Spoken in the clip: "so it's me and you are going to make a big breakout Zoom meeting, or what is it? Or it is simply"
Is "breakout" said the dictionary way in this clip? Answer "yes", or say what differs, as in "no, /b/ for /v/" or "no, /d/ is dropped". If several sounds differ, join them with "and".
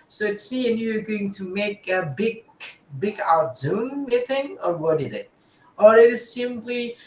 no, /ɹ/ is dropped